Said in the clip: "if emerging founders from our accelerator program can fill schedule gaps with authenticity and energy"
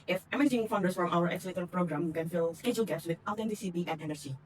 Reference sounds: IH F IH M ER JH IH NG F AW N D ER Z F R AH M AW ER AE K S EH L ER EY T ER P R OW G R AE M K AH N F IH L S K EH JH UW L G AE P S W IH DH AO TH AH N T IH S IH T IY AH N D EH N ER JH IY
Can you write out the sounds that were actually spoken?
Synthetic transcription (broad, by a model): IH F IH M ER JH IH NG F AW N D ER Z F R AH M AW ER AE S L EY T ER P R OW G R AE M K AH N F IH L S K EH JH UW L G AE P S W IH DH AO T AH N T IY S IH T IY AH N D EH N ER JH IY